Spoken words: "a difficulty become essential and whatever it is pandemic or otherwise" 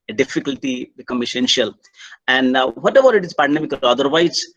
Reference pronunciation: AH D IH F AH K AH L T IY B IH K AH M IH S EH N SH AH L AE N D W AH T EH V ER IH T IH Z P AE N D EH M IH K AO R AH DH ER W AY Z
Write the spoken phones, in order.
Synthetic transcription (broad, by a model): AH D IH F AH K AH L T IY B IH K AH M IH S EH N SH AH L AE N D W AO T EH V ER IH T IH Z P AE N D EH M IH K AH L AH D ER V AY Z